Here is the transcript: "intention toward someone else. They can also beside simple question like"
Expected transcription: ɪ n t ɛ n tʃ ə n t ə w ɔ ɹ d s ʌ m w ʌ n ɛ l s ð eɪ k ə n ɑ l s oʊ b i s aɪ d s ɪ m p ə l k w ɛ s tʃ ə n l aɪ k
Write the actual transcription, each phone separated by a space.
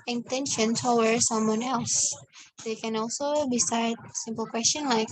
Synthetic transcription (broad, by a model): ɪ n t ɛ n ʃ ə n s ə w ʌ ɹ s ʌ m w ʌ n ɛ l s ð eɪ k ə n ɑ l s oʊ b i s aɪ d s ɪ m p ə l k w ɛ s tʃ ə n l aɪ k